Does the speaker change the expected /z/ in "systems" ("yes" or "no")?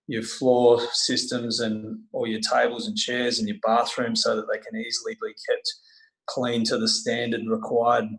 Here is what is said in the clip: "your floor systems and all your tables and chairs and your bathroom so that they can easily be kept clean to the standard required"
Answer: no